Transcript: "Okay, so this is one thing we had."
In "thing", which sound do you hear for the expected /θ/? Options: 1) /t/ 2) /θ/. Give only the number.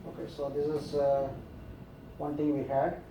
1